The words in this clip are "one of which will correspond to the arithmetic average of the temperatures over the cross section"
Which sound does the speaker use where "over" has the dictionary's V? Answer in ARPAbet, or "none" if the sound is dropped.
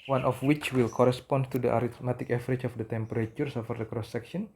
F